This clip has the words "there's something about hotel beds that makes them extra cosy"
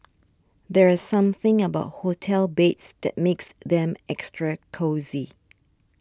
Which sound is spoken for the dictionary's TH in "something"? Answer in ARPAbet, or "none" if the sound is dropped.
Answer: TH